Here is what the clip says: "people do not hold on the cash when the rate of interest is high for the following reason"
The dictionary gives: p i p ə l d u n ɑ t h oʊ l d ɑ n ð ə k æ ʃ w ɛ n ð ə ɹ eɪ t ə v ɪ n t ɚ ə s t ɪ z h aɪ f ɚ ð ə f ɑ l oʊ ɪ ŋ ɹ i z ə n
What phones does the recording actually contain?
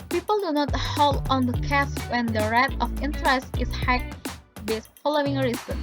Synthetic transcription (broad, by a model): p i p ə l d u n ɑ t h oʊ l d ɑ n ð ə k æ s w ɛ n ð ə ɹ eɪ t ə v ɪ n t ɚ ə s t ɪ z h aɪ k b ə f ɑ l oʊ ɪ ŋ ɹ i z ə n